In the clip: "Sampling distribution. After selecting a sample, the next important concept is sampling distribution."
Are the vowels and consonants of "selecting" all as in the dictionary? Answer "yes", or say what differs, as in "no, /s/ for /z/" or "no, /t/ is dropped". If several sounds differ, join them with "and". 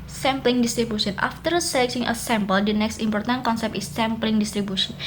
no, /s/ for /t/